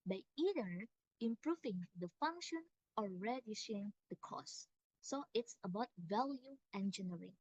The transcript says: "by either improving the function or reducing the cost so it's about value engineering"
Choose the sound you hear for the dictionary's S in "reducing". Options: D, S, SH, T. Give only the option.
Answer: SH